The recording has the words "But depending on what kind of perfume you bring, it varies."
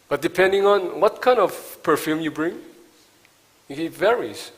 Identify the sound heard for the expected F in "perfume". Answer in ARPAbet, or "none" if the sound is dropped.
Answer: F